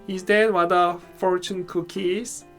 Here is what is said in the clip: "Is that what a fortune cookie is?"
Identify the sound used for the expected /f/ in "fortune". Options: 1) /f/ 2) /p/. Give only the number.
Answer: 1